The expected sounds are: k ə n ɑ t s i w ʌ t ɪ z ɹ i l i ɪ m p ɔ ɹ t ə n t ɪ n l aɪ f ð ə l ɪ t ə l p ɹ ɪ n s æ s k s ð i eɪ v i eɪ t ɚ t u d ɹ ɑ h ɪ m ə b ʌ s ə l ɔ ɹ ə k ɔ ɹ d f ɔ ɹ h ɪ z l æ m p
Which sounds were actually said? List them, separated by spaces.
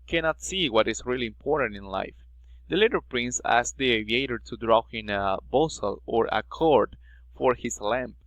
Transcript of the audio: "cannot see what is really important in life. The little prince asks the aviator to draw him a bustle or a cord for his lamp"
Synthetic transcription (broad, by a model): k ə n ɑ t s i w ʌ t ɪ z ɹ i l i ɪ m p ɔ ɹ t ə n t ɪ n l aɪ f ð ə l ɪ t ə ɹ p ɹ ɪ n s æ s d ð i eɪ v i eɪ t ɚ t u d ɹ ɑ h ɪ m ə b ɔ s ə l ɔ ɹ ə k ɔ ɹ d f ɔ ɹ h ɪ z l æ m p